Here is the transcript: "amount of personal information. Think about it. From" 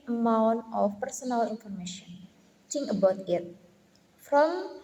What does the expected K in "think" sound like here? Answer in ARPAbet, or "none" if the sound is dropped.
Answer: none